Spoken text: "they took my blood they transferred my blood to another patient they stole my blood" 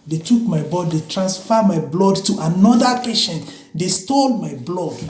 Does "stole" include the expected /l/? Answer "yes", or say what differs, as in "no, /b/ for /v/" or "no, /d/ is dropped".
yes